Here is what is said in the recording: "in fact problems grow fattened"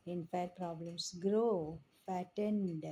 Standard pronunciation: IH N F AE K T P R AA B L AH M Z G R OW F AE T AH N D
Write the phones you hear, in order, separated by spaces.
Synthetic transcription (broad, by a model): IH N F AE T P R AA B L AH M S G R OW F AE T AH N D